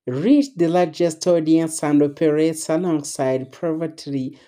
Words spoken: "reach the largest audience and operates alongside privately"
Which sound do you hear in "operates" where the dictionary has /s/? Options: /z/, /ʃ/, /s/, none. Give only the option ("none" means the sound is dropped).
/s/